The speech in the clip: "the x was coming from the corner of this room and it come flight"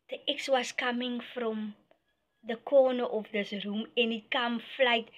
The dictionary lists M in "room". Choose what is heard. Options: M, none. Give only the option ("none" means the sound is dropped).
M